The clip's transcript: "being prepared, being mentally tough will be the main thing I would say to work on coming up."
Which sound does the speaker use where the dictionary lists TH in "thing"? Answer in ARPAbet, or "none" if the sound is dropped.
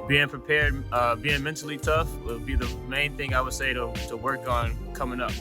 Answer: TH